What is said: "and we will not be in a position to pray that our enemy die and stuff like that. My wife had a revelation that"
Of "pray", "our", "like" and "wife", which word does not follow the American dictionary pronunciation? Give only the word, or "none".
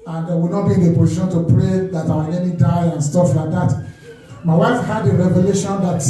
our